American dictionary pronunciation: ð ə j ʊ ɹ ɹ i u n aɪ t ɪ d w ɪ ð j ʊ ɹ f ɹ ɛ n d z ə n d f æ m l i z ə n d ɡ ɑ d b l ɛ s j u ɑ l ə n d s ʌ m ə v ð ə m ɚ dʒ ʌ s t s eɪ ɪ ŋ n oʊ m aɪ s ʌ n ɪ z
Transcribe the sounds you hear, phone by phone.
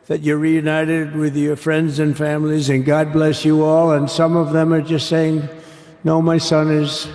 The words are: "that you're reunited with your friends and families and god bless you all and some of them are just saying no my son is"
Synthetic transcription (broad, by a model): ð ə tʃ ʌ ɹ ɹ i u n aɪ t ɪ d w ɪ ð j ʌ ɹ f ɹ ɛ n d z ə n f æ m l i z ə n ɡ ɑ d b l ɛ s j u ɑ l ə n s ʌ m ə v ð ə m ɚ dʒ ʌ s t s eɪ ɪ ŋ n oʊ m aɪ s ʌ n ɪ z